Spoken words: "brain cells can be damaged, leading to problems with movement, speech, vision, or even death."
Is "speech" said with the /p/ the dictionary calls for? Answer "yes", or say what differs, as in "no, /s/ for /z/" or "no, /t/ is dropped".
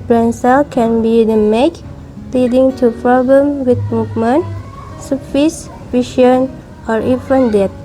no, /f/ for /p/